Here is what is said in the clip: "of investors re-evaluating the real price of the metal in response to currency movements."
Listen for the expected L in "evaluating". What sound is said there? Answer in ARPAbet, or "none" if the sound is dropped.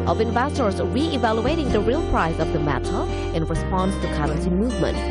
L